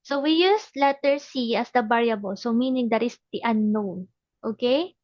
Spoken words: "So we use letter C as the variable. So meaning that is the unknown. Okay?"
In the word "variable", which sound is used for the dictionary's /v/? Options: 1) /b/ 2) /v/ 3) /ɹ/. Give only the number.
1